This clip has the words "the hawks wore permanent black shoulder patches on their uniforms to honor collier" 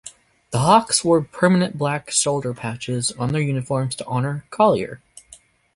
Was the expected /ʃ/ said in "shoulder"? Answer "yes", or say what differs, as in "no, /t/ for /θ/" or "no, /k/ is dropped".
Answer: no, /s/ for /ʃ/